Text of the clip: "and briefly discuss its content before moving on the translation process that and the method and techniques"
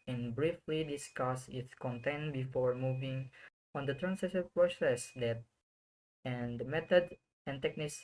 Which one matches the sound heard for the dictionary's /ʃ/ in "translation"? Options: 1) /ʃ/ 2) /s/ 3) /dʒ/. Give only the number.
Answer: 2